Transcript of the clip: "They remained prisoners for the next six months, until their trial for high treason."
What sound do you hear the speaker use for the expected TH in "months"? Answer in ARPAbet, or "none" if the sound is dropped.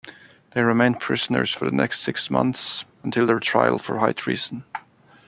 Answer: TH